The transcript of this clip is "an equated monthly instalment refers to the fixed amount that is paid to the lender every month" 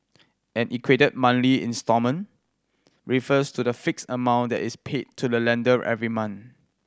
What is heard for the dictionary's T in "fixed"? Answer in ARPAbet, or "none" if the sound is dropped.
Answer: none